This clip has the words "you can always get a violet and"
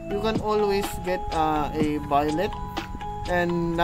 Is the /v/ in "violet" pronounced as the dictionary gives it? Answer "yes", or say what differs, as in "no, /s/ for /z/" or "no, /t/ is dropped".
no, /b/ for /v/